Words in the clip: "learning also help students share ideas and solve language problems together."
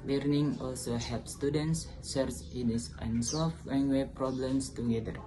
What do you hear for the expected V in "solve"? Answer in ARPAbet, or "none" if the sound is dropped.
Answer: F